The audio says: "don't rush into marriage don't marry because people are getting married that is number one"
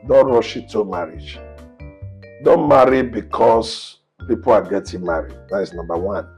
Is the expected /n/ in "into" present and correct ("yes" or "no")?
no